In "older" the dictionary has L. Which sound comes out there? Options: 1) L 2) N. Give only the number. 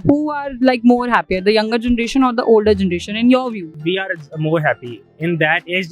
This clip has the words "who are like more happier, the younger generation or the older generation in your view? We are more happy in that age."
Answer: 1